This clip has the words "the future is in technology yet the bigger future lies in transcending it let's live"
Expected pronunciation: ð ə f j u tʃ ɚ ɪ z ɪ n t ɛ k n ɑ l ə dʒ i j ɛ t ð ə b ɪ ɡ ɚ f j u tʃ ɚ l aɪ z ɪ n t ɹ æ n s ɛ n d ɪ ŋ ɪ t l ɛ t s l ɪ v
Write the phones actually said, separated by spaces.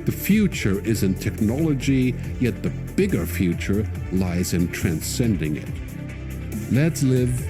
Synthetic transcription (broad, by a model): ð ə f j u tʃ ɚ ɪ z ɪ n t ɛ k n ɑ l ə dʒ i j ɛ t ð ə b ɪ ɡ ɚ f j u tʃ ɚ l aɪ z ɪ n t ɹ æ n s ɛ n d ɪ ŋ ɪ t l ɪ t s l ɪ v